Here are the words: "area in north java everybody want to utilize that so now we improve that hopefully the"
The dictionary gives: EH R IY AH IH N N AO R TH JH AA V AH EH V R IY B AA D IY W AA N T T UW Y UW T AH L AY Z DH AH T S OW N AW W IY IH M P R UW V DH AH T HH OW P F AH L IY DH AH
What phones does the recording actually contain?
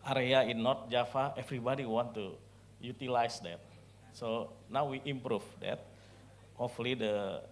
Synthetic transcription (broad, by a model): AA R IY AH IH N N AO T JH AA F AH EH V R IY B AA D IY W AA N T T UW Y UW T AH L AY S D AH T S OW N AW W IY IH M P R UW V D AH T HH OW F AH L IY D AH